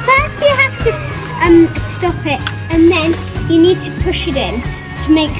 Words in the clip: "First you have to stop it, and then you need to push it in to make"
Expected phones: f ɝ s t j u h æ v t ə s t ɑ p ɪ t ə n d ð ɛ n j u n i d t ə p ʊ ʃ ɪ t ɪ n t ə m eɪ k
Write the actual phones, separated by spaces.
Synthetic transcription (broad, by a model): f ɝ s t j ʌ h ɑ f t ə s t ɑ p ɪ t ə n ð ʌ n j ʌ n i d t ə p ʊ ʃ ɪ t ɪ n t ə m eɪ k